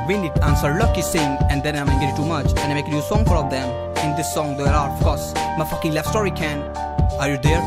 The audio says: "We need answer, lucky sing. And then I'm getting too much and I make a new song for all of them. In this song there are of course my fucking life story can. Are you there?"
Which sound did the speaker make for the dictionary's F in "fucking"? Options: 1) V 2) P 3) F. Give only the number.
3